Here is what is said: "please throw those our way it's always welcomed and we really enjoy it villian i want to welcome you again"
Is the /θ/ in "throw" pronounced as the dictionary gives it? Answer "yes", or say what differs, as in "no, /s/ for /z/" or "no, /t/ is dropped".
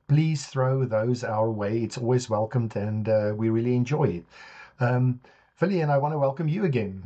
yes